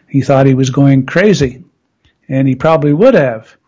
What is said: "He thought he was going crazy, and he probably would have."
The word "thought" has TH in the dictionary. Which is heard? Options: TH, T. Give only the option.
TH